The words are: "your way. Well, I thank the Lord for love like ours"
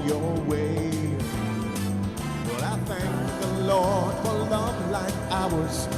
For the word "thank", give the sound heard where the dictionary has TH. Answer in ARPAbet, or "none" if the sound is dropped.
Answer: TH